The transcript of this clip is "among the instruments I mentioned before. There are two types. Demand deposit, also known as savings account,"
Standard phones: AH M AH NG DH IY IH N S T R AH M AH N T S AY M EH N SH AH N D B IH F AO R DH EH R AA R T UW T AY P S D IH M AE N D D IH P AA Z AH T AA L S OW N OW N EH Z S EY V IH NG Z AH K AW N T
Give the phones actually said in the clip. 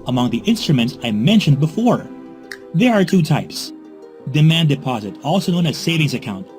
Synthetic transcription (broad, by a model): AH M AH NG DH IY IH N S T R AH M AH N T S AY M EH N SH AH N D B IH F AO R DH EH R AA R T UW T AY P S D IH M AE N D D IH P AA Z AH T AA L S OW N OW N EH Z S EY V IH NG Z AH K AW N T